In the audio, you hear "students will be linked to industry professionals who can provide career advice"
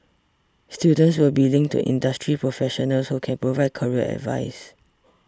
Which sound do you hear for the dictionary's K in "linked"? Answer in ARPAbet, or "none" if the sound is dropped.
none